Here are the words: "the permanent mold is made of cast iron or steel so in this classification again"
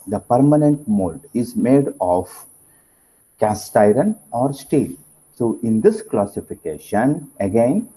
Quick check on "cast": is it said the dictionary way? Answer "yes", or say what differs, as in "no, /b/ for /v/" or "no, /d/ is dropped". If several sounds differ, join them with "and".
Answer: yes